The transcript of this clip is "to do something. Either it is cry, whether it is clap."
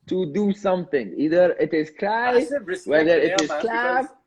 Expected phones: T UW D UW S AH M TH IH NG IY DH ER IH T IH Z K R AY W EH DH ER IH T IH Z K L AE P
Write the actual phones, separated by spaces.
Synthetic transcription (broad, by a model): T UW D UW S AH M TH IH NG IY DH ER IH T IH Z K L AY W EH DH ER IH T IH Z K L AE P